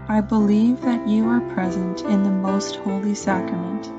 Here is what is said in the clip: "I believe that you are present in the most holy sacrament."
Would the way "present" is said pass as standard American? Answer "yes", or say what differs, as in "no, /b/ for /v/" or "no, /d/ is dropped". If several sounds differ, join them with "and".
yes